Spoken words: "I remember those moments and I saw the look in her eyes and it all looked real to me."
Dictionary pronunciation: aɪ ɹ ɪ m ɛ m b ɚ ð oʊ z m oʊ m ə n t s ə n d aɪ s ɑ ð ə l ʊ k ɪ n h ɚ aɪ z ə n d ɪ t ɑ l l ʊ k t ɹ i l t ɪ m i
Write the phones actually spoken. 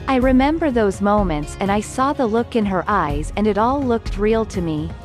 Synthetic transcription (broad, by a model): aɪ ɹ ɪ m ɛ m b ɚ ð oʊ z m oʊ m ə n t s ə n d aɪ s ɑ ð ə l ʊ k ɪ n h ɚ aɪ z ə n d ɪ t ɑ l l ʊ k t ɹ i l t ɪ m i